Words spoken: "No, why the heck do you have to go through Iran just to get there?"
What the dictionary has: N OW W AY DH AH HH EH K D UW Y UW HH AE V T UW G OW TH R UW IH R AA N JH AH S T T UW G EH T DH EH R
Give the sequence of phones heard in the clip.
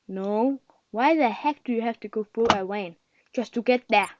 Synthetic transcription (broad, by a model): N OW W AY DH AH HH EH K D UW Y UW HH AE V T UW G OW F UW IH W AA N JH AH S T T UW G EH T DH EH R